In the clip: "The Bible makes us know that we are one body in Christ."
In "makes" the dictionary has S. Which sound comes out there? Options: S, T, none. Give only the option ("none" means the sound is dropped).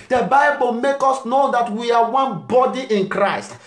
none